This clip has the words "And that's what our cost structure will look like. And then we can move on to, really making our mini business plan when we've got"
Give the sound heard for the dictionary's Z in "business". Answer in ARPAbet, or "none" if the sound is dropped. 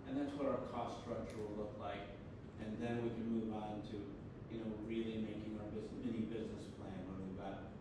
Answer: Z